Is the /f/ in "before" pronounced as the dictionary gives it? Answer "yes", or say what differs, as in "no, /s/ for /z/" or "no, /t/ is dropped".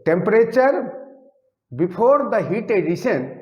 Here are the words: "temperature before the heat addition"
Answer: no, /p/ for /f/